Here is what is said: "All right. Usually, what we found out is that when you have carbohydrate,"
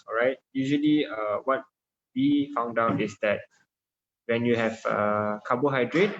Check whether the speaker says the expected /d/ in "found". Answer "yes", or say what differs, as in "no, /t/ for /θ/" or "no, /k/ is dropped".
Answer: yes